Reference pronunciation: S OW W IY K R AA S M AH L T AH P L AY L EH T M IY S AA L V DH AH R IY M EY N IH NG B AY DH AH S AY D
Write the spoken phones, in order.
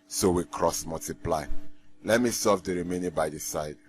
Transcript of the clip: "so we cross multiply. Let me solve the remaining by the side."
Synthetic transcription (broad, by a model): S OW W IY K R AA S M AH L T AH P L AY L EH T M IY S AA V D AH R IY M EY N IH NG B AY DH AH S AY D